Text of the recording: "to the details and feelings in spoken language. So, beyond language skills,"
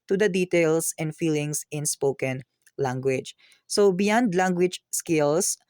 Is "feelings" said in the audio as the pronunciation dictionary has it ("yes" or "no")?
no